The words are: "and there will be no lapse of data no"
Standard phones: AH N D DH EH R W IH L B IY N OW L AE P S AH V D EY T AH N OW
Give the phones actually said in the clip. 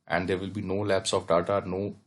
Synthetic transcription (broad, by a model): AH N D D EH R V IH L B IY N OW L AE P S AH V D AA T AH N OW